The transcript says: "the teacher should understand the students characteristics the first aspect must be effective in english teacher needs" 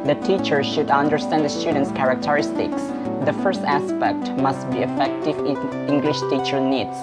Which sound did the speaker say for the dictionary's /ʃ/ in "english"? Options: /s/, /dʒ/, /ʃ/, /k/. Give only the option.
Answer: /ʃ/